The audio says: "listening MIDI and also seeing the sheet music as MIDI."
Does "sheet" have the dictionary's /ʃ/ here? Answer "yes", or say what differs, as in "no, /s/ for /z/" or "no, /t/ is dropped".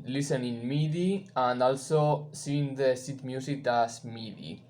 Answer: no, /s/ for /ʃ/